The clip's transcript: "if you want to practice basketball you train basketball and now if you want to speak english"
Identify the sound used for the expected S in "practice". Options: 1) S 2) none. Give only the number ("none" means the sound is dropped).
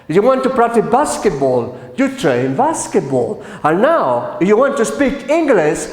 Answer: 2